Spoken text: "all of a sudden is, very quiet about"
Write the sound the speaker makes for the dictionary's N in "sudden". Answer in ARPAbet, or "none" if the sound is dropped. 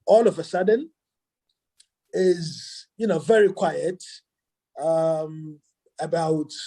N